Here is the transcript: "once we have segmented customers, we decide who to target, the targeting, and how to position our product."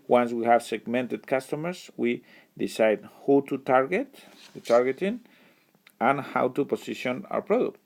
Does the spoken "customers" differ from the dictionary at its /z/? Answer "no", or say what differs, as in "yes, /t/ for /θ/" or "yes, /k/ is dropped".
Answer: yes, /s/ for /z/